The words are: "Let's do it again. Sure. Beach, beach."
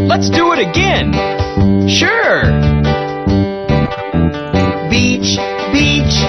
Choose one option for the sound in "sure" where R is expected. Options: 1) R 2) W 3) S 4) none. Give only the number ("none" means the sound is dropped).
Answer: 1